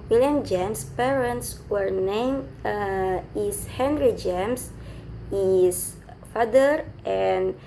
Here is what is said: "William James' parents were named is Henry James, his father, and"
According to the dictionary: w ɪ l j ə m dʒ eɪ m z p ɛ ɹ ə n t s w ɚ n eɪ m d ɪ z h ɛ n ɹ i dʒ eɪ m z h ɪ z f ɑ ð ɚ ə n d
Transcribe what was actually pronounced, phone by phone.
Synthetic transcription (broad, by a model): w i l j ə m dʒ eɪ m s p ɛ ɹ ə n t s w ɚ n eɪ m ɪ s h ɛ n ɹ i dʒ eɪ m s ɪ s f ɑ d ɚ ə n